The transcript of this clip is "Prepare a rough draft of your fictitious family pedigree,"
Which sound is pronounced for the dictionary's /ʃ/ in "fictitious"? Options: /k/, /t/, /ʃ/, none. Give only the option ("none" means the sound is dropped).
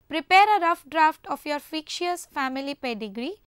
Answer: none